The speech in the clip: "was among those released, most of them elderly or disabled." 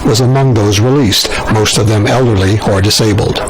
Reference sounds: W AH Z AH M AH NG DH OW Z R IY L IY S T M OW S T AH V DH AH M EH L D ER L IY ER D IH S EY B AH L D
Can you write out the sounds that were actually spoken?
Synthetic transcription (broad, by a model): W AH Z AH M AH NG DH OW Z R IY L IY S T M OW S T AH V DH AH M EH L D ER L IY ER D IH S EY B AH L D